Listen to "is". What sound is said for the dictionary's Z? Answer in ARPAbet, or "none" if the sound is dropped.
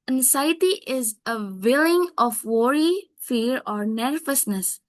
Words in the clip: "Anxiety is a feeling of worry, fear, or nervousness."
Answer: Z